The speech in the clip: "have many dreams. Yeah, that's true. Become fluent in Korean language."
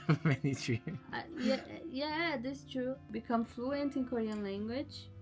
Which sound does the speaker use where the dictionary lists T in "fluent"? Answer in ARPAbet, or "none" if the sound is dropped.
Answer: T